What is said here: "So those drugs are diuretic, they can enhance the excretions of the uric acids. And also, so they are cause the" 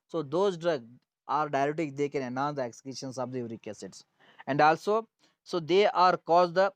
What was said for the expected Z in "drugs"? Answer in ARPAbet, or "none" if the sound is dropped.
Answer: none